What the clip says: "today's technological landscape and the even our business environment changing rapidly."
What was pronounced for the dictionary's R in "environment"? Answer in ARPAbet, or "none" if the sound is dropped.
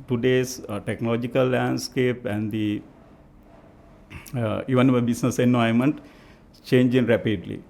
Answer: none